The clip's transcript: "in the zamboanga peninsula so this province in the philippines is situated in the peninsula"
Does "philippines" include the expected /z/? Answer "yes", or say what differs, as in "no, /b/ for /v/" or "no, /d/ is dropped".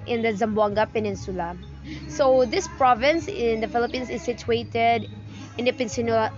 no, /s/ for /z/